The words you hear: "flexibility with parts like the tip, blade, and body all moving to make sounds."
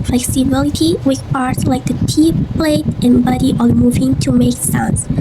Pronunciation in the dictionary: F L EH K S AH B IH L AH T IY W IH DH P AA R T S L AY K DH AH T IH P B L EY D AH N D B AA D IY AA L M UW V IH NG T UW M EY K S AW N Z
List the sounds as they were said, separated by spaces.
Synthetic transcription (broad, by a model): F L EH K S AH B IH L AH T IY W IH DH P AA R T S L AY K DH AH T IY P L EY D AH N B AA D IY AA N M UW V IH NG T UW M EY K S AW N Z